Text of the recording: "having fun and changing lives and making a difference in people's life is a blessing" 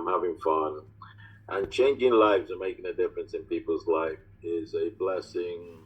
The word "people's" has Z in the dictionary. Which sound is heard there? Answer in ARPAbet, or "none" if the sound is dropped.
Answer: Z